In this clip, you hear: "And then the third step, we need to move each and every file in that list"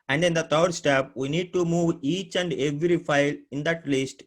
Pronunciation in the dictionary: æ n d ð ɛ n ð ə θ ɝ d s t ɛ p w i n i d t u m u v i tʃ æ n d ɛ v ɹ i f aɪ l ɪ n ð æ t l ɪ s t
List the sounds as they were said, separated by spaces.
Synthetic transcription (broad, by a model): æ n d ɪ n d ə t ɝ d s t ɛ p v i n i d t u m u v i tʃ æ n d ɛ v ɹ i f aɪ l ɪ n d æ t l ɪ s t